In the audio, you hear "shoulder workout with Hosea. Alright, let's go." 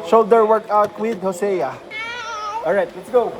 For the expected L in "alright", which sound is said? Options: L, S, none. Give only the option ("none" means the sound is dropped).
none